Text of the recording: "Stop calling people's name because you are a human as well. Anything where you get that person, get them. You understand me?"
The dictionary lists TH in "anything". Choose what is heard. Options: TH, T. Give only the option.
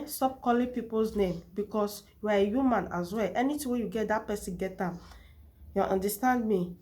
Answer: T